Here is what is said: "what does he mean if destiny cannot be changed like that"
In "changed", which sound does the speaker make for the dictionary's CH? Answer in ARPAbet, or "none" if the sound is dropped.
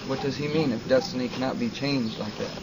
CH